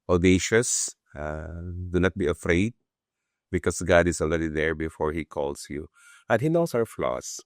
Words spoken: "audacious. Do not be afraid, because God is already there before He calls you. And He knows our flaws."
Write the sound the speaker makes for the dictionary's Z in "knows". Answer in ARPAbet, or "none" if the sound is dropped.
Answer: S